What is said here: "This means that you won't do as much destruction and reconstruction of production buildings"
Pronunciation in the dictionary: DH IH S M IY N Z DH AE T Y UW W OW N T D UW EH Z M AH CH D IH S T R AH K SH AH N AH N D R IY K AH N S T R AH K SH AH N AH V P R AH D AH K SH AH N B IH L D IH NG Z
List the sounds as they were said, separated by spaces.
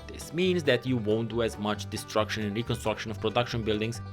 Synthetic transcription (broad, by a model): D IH S M IY N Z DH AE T Y UW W OW N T D UW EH Z M AH CH D IH S T R AH K SH AH N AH N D R IY K AH N S T R AH K SH AH N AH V P R AH D AH K SH AH N B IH L D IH NG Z